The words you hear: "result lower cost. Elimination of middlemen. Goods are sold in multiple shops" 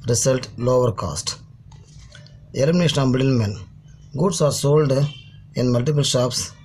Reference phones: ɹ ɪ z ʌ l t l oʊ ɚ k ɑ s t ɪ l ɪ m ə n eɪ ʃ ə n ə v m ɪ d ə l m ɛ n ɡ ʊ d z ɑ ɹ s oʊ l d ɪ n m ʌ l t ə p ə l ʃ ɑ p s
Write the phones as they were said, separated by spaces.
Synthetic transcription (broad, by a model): ɹ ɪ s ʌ l t l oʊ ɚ k ɑ s t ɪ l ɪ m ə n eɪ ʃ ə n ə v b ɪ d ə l m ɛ n ɡ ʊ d s ɑ ɹ s oʊ l d ɪ n m ʌ l t ə p ə l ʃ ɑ p s